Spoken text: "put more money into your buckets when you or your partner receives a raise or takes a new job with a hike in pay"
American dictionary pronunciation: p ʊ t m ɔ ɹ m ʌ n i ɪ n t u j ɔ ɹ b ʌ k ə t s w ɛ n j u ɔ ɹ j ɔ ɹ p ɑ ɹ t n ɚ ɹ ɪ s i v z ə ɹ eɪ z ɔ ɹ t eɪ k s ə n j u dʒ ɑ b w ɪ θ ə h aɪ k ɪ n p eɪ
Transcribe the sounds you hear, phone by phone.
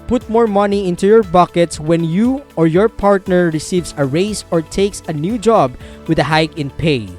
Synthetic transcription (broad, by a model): p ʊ t m ɔ ɹ m ʌ n i ɪ n t u j ɔ ɹ b ʌ k ə t s w ɛ n j u ɔ ɹ j ɔ ɹ p ɑ ɹ t n ɚ ɹ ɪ s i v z ə ɹ eɪ s ɔ ɹ t eɪ k s ə n j u dʒ ɑ b w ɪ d ə h aɪ k ɪ n p eɪ